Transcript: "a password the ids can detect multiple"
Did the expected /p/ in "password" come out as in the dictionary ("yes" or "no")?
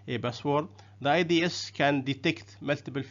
no